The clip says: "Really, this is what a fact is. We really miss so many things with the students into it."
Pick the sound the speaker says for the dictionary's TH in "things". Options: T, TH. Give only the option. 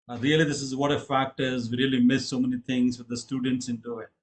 T